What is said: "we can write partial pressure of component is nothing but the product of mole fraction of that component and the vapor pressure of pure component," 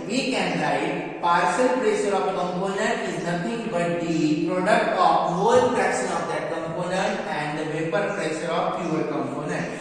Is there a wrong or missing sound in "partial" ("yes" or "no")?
yes